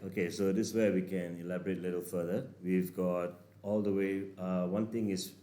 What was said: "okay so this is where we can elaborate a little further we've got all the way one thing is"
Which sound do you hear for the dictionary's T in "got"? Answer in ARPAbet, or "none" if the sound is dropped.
T